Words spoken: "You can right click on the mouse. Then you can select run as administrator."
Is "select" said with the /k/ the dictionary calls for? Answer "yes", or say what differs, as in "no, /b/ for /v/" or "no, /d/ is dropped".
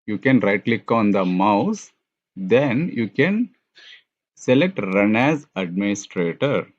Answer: yes